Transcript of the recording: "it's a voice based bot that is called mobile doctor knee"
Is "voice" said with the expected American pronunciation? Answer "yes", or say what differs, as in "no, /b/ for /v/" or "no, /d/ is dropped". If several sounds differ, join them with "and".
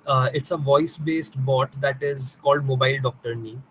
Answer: yes